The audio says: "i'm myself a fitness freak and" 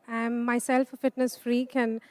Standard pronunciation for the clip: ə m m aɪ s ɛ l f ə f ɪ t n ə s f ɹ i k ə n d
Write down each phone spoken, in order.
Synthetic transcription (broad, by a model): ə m m aɪ s ɛ l f ə f ɪ t n ə s f ɹ i k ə n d